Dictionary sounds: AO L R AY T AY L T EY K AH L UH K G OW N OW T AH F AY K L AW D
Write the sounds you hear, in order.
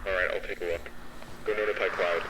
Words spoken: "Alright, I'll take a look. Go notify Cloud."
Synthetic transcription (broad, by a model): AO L R AY T AY L T EY K AH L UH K G OW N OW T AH P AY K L AW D